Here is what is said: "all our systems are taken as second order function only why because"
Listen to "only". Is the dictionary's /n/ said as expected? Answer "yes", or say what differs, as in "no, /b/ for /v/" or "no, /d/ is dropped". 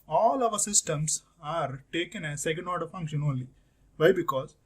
no, /n/ is dropped